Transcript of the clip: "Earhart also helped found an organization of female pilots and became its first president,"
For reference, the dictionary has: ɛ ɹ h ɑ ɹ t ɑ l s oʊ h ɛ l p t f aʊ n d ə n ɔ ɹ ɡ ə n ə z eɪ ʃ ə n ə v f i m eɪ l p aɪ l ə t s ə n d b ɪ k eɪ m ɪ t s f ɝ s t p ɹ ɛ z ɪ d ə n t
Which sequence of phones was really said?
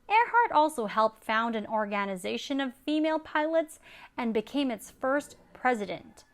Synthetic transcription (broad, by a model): ɛ ɹ h ɑ ɹ t ɑ l s oʊ h ɛ l p t f aʊ n d ə n ɔ ɹ ɡ ə n ə z eɪ ʃ ə n ə v f i m eɪ l p aɪ l ə t s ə n b ɪ k eɪ m ɪ t s f ɝ s t p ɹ ɛ z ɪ d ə n t